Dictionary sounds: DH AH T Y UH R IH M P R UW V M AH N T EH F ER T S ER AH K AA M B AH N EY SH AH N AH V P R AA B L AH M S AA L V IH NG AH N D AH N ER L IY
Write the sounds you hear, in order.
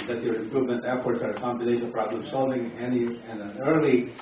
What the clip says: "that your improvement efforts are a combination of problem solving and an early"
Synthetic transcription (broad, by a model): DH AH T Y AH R IH M P R UW V M AH N T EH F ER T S ER AH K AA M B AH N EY AH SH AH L P R AA B L AH M S AA L V IH NG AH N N AH N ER L IY